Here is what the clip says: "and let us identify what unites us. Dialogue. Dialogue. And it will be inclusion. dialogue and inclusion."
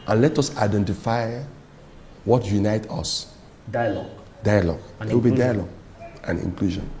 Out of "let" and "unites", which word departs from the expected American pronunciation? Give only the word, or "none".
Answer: unites